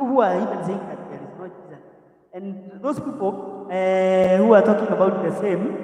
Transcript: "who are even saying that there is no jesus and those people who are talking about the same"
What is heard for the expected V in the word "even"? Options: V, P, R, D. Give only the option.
P